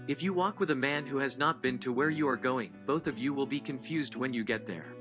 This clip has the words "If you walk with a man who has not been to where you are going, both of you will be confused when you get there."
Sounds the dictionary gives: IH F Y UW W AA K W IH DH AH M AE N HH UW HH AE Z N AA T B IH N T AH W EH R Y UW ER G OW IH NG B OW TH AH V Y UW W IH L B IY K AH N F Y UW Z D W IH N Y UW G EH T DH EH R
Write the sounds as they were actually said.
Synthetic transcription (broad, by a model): IH F Y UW W AA K W IH DH AH M AE N HH UW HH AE Z N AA T B IH N T AH W EH R Y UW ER G OW IH NG B OW TH AH V Y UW W IH L B IY K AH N F Y UW Z D W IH N Y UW G EH T DH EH R